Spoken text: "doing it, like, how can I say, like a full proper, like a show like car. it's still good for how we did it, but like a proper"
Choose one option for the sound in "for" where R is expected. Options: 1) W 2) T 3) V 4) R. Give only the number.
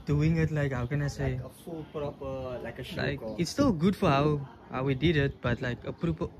1